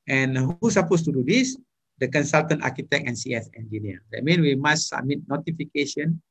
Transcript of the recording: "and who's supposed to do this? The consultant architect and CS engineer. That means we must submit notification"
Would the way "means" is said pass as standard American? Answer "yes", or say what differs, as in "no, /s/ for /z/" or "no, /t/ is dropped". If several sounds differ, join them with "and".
no, /z/ is dropped